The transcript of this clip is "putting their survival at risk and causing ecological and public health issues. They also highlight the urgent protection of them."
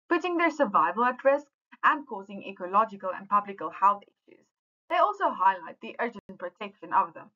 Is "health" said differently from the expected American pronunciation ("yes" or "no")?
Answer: no